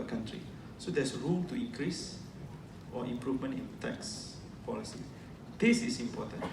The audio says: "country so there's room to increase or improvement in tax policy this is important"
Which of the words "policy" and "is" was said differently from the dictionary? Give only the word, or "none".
is